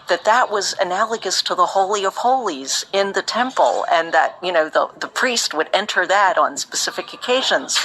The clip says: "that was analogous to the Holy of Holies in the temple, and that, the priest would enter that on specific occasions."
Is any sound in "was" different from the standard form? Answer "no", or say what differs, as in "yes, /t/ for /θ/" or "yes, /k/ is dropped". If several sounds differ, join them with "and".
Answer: no